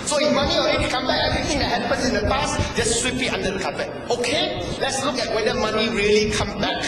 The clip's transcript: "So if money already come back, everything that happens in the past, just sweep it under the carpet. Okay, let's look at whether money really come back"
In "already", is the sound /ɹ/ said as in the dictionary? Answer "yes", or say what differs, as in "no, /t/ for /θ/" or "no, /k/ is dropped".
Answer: no, /ɹ/ is dropped